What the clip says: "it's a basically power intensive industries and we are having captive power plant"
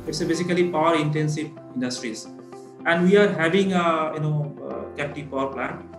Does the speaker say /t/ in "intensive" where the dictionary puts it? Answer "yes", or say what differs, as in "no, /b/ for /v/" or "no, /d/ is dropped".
yes